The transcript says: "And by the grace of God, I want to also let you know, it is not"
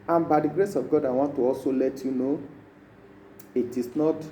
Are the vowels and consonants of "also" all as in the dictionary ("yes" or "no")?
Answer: no